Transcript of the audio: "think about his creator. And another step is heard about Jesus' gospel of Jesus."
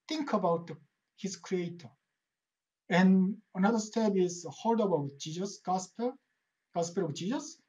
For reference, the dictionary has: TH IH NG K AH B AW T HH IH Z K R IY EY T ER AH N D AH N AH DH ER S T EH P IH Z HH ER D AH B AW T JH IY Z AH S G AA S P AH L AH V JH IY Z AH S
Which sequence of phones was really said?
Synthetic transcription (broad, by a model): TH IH NG K AH B AW T HH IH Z K R IY EY T ER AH N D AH N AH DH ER S T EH B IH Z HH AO D AH B AW T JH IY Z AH S G AA S P AH L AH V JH IY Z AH S